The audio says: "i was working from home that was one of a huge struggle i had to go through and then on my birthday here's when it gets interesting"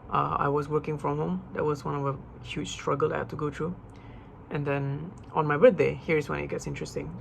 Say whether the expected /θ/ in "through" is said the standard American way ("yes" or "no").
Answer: no